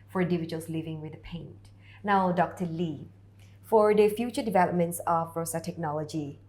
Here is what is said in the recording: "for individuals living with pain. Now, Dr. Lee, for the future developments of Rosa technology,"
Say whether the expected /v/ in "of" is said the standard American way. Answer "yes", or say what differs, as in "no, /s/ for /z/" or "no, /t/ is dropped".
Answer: no, /b/ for /v/